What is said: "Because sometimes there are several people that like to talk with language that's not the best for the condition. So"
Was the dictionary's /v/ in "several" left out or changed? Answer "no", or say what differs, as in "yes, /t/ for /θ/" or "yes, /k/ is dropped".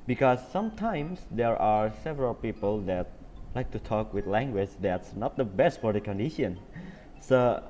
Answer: no